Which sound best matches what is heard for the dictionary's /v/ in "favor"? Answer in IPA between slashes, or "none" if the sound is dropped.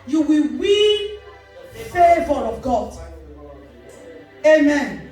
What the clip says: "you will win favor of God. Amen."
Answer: /v/